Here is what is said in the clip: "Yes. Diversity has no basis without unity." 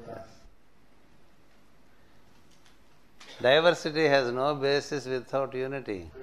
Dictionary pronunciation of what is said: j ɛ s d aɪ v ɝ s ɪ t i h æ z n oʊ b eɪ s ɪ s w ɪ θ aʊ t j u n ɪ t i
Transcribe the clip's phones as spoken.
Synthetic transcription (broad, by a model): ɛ d aɪ v ɝ s ɪ t i h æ z n oʊ b eɪ s ɪ s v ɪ t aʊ t j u n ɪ t i